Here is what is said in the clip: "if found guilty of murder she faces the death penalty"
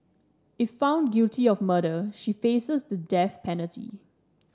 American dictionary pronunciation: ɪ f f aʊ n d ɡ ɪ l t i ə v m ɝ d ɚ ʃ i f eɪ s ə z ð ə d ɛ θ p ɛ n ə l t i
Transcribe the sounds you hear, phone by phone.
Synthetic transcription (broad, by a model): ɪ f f aʊ n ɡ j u t i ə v m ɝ d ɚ ʃ i f eɪ s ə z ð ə d ɛ f p ɛ n ə l t i